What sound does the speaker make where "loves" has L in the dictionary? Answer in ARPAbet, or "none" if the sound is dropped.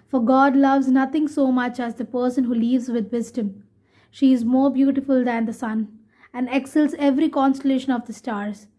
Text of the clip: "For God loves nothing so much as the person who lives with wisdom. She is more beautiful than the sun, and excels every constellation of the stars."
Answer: L